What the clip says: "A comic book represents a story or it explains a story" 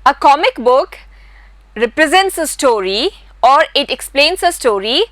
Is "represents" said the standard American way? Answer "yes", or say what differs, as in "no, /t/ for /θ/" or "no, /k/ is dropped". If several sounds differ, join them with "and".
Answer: yes